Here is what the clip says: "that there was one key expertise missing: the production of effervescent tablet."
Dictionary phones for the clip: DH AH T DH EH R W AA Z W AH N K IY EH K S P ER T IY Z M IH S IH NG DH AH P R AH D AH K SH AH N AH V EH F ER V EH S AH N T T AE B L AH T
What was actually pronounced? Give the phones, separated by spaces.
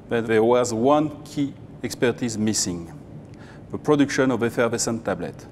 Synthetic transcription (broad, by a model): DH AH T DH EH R W AA Z W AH N K IY EH K S P ER T IY Z M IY S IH NG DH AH P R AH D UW K SH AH N AH V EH F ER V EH S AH N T T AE B L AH T